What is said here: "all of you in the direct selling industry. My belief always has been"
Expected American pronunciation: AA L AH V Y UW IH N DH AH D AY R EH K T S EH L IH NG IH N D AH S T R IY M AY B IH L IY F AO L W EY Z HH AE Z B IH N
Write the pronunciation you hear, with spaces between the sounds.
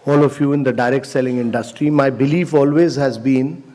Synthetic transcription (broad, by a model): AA L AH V Y UW IH N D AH D AY R EH K T S EH L IH NG IH N D AH S T R IY M AY B IH L IY F AO L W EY Z HH AE Z B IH N